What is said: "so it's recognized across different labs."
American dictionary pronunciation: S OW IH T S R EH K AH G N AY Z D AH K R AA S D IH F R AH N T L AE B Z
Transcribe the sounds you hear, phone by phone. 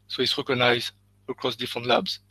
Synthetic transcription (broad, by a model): S OW IH T S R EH K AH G N AY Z AH K R AA S D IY F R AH N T L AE B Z